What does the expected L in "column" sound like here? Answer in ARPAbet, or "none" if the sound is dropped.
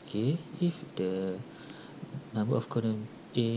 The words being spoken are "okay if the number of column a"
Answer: N